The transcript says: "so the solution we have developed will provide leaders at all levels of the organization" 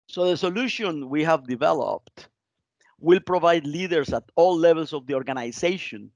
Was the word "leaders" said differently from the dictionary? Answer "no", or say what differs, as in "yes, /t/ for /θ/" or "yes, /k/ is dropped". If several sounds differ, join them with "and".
yes, /s/ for /z/